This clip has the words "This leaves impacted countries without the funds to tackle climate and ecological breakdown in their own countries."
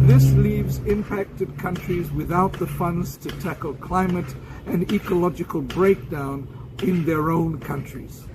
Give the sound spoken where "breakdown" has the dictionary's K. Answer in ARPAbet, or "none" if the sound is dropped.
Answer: K